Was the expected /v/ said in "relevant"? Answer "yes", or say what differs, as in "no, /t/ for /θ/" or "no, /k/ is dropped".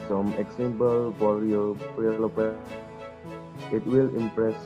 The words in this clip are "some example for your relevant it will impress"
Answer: no, /p/ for /v/